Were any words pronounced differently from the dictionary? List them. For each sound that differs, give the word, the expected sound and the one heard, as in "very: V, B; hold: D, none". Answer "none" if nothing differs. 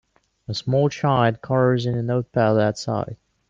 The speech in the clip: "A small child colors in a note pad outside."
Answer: child: L, none